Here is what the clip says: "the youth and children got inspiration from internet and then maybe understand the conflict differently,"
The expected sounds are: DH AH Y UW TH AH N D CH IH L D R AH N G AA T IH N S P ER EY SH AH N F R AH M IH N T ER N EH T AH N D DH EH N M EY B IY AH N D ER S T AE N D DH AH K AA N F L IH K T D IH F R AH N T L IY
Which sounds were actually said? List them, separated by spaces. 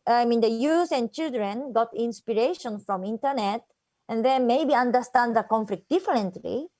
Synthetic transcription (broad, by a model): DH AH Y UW S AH N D CH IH L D R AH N G AA T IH N S P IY EY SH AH N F R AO M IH N T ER N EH T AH N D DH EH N M EY B IY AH N D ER S T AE N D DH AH K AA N F L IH K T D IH F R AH N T L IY